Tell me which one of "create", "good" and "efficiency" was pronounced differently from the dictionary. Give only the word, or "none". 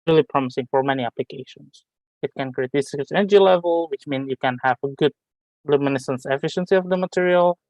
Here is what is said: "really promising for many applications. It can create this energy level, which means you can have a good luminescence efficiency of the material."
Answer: none